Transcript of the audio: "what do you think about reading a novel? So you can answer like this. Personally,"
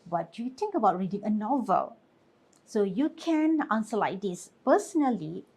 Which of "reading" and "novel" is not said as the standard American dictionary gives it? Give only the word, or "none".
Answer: none